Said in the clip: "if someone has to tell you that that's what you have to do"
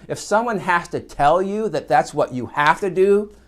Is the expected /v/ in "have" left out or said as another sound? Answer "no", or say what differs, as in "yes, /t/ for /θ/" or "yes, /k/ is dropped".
yes, /f/ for /v/